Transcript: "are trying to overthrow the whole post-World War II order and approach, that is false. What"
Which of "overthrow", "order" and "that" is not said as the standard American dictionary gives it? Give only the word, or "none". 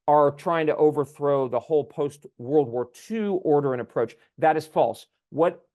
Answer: none